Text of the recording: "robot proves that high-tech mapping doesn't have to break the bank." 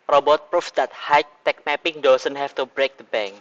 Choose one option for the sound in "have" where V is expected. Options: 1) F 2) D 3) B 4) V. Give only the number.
1